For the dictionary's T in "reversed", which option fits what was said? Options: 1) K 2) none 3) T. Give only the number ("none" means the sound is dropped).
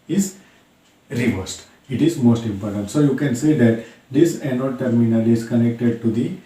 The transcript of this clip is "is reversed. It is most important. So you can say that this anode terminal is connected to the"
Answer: 3